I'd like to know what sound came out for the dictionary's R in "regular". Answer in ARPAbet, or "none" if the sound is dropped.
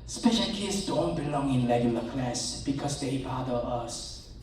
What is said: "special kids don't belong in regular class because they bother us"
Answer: L